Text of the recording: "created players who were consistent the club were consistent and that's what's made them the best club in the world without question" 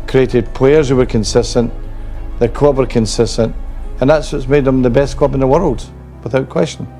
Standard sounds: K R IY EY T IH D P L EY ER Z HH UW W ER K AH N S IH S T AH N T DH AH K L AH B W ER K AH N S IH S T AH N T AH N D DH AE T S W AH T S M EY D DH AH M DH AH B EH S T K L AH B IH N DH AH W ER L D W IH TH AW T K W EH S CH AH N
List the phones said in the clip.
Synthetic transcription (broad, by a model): K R IY EY T IH D P L EY ER Z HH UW W ER K AH N S IH S T AH N T DH AH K AH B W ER K AH N S IH S T AH N T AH N DH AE T S W AH T S M EY D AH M DH AH B EH S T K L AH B IH N DH AH W ER L D W IH TH AW T K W EH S CH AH N